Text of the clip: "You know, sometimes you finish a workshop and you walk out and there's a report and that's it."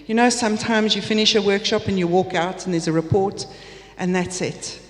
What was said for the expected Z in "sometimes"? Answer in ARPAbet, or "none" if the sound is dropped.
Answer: Z